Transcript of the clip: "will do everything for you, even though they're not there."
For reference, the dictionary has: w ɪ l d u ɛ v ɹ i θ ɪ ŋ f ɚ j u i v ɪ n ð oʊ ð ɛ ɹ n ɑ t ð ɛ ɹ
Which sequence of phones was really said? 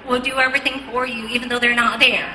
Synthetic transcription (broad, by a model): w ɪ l d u ɛ v ɹ i θ ɪ ŋ f ɚ j u i v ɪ n ð oʊ ð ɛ ɹ n ɑ t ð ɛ ɹ